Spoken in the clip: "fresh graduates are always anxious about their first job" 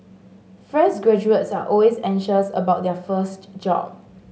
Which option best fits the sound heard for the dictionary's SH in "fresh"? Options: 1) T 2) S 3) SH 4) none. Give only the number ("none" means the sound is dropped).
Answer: 2